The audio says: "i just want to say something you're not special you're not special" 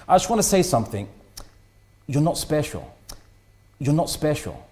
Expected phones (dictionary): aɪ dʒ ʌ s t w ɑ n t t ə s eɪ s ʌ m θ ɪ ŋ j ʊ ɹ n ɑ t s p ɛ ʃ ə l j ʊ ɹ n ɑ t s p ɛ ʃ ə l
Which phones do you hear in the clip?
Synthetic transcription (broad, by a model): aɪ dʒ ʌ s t w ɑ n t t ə s eɪ s ʌ m θ ɪ ŋ j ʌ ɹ n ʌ t s p ɛ ʃ ə l j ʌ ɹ n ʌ t s p ɛ ʃ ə l